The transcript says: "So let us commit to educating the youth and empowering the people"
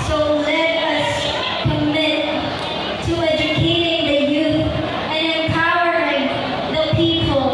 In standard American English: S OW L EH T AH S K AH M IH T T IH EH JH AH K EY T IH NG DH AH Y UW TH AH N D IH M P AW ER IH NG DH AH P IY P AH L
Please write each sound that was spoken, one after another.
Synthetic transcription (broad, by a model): S OW L EH T AH S K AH M IH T T IH EH JH AH K EY T IH NG DH AH Y UW TH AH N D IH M P AW ER IH NG DH AH P IY P L